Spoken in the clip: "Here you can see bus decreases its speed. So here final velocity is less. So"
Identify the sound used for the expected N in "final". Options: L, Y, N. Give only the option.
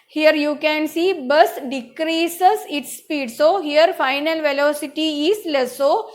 N